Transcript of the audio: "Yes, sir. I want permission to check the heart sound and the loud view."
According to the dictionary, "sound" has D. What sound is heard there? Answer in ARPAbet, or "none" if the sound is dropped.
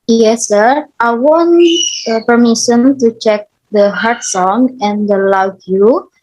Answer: none